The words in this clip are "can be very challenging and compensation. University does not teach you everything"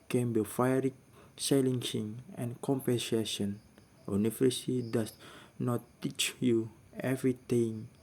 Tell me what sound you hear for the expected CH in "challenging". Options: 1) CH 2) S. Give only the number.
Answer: 2